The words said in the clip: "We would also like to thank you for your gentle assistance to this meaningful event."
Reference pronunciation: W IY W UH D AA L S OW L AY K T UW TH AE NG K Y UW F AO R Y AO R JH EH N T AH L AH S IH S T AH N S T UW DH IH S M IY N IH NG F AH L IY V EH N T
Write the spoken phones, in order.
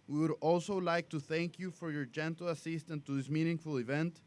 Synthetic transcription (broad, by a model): W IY W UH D AA L S OW L AY K T UW TH AE NG K Y UW F AO R Y AO R JH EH N T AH L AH S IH S T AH N T UW DH IH S M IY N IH NG F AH L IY V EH N T